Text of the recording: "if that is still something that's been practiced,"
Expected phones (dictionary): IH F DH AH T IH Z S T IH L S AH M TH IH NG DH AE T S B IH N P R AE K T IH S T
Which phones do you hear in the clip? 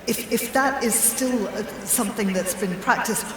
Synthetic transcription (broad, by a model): IH F DH AH T IH Z S T IH L S AH M TH IH NG DH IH T S B IH N P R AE K T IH S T